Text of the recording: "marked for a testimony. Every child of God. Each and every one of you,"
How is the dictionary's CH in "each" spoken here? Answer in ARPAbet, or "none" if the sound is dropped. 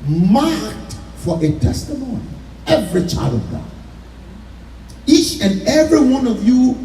CH